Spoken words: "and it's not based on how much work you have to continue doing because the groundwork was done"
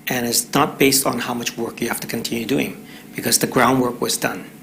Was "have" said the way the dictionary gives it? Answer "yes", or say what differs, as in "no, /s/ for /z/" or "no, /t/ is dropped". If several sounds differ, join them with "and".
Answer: no, /f/ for /v/